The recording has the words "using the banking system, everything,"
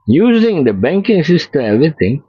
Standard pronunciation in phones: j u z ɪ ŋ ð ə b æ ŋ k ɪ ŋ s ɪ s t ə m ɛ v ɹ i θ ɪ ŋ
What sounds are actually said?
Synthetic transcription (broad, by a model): j u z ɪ ŋ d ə b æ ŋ k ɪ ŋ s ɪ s t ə ɛ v ɹ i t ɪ ŋ